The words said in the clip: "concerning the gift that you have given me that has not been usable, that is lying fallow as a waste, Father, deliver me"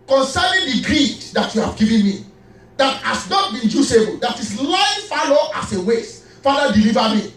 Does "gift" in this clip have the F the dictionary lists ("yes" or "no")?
no